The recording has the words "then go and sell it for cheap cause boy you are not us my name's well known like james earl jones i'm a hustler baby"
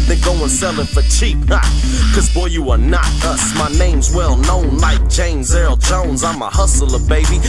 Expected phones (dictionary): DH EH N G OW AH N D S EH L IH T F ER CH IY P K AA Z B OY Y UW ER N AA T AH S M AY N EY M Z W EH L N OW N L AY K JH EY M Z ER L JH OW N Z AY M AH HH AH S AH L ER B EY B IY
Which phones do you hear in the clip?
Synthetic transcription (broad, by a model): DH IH G OW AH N S EH L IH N F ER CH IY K K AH Z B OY Y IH ER N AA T AH S M AY N EY M Z W EH L N OW N L AY K JH EY M Z ER L JH OW N Z AY M AH HH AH S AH L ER B EY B IY